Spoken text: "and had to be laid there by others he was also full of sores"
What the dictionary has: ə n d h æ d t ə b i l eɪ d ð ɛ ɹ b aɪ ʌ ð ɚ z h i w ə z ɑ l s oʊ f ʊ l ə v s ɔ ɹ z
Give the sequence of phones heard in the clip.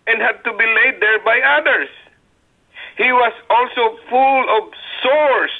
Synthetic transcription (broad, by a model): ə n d h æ d t ə b i l eɪ d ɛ ɹ b aɪ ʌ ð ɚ s h i w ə s ɑ l s oʊ f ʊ l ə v s ɔ ɹ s